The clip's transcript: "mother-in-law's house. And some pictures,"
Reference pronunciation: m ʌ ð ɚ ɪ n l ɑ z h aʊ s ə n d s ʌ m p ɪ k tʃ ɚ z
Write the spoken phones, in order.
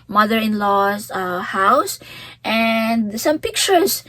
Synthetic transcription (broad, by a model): m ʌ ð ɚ ɪ n l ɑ s h aʊ s ə n d s ʌ m p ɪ k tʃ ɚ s